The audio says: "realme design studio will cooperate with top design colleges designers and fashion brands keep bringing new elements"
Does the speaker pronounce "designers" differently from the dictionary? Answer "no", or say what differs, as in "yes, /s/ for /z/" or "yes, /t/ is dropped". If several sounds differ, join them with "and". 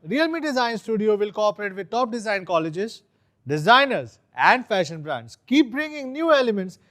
no